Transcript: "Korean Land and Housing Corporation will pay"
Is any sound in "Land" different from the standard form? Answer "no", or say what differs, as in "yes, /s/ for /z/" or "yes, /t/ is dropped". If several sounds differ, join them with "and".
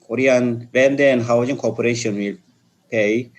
yes, /w/ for /l/